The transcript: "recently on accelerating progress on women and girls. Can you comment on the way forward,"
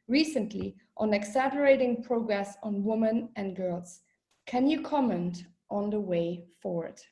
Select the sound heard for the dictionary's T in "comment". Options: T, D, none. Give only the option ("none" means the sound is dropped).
T